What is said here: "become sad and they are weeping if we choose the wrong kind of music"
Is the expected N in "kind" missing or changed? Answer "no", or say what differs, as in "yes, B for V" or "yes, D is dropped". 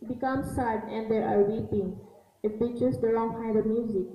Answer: yes, N is dropped